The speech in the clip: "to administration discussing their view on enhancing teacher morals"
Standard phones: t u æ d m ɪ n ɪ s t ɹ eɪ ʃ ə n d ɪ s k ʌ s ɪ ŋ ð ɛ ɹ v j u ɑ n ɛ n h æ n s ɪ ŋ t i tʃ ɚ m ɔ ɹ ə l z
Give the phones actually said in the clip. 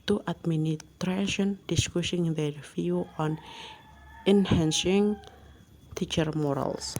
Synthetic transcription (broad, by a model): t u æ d m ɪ n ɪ t ɹ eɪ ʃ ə n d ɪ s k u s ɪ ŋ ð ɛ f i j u ɑ n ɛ n h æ n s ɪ ŋ t i tʃ ɚ m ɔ ɹ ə l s